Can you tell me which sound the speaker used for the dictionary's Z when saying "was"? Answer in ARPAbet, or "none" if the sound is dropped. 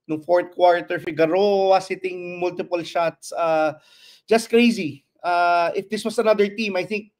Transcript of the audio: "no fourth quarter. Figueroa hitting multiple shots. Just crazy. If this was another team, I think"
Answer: S